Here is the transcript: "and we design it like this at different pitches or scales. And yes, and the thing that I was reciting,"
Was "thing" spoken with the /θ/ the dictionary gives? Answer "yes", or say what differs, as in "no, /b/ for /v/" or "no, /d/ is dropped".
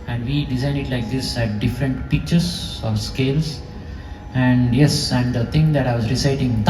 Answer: no, /t/ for /θ/